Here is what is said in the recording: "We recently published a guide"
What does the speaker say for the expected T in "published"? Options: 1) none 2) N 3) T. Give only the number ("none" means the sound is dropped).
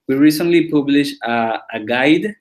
1